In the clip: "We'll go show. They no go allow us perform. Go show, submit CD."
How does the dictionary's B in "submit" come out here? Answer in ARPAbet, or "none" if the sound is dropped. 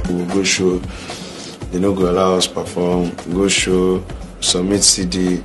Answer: none